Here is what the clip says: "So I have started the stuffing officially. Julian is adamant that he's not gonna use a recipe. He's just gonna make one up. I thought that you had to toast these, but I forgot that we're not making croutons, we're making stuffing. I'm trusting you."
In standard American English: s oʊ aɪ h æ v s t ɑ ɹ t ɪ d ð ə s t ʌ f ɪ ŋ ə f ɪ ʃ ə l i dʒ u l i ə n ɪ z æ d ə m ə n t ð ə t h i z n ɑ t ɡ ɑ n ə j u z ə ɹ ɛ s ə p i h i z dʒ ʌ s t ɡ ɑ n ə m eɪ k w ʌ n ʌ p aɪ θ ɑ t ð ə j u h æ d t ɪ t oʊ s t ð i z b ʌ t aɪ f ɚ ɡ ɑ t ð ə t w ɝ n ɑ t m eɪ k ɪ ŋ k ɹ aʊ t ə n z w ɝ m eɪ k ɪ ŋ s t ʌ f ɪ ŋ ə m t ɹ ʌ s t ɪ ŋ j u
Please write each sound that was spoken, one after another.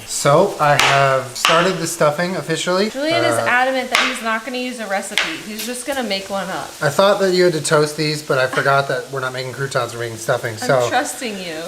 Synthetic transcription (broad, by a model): s oʊ aɪ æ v s t ɑ ɹ t ɪ d ð ə s t ʌ f ɪ ŋ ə f ɪ ʃ l i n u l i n ɪ z æ d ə m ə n ð ə t h i z n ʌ t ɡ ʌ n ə j u z ə ɹ ɛ s ə p i h i z dʒ ʌ s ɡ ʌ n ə m eɪ k w ʌ n ʌ p aɪ θ ɑ t ð ə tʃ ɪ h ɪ d t ɪ t oʊ s t ð i z b ʌ t aɪ f ɚ ɡ ɑ t ð ə t w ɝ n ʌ t m eɪ k ɪ ŋ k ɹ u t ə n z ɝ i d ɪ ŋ s t ʌ f ɪ ŋ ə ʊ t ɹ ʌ s t ɪ ŋ j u